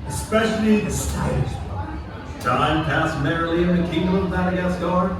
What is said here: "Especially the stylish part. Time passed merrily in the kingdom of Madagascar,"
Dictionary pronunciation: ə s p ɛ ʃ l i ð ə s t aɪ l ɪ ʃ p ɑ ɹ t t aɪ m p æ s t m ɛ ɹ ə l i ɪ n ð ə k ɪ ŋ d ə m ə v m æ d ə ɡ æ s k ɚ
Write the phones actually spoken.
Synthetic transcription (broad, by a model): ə s p ɛ ʃ l i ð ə s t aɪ ɪ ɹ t t aɪ m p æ s m ɛ ɹ ə l i ɪ n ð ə k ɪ ŋ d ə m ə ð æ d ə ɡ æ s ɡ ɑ